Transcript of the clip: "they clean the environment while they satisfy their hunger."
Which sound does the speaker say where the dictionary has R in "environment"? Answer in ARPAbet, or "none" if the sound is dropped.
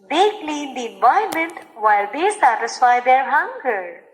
none